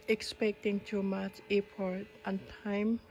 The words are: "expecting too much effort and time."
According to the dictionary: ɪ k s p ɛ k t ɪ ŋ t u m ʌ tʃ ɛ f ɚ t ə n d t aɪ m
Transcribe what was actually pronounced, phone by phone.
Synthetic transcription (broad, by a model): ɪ k s p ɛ k t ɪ ŋ t u m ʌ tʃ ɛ p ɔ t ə n t aɪ m